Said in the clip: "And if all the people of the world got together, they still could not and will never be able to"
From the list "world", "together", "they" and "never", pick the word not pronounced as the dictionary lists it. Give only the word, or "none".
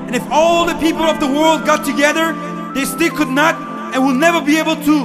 none